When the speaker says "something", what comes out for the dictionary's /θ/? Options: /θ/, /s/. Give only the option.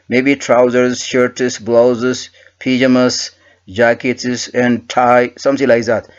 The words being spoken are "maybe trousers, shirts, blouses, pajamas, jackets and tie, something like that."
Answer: /s/